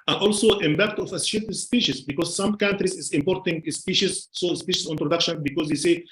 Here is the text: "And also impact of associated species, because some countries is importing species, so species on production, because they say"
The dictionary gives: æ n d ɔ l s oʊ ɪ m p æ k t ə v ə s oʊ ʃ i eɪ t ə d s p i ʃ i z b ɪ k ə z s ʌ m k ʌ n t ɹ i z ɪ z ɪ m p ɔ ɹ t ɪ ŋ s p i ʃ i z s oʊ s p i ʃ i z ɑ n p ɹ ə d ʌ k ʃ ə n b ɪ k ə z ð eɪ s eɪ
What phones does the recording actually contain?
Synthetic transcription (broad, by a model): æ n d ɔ l s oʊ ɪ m b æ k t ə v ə s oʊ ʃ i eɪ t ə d s p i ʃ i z b ɪ k ə z s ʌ m k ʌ n t ɹ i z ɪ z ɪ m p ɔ ɹ t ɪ ŋ s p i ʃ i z s oʊ s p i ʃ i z ɑ n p ɹ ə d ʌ k ʃ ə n b ɪ k ə z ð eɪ s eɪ